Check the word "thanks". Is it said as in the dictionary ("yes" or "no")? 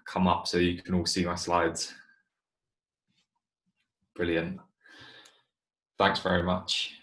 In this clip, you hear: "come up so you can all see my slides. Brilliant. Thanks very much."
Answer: yes